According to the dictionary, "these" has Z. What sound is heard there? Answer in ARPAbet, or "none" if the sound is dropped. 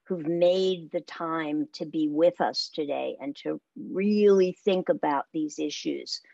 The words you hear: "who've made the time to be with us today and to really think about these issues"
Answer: Z